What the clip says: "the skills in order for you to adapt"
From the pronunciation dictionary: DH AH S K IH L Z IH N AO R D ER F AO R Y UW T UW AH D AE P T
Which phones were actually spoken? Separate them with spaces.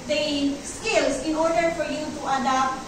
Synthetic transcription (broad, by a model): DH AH S K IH L S IH N AO R D ER F AO R Y UW T UW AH D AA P T